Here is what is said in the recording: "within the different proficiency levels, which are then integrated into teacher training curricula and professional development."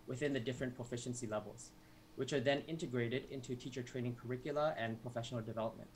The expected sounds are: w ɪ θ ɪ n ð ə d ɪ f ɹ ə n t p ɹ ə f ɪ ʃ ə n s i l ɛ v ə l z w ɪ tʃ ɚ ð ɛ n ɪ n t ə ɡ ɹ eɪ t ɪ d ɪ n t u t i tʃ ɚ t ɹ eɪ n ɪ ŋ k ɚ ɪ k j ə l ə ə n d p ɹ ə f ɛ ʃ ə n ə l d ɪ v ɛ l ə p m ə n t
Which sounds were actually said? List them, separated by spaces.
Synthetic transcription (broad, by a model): w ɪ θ ɪ n ð ə d ɪ f ɹ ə n p ɹ ə f ɪ ʃ ə n s i l ɛ v ə l z w ɪ tʃ ɚ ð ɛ n ɪ n t ə ɡ ɹ eɪ t ɪ d ɪ n t u t i tʃ ɚ t ɹ eɪ n ɪ ŋ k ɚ ɪ k j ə l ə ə n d p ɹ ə f ɛ ʃ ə n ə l d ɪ v ɛ l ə p m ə n t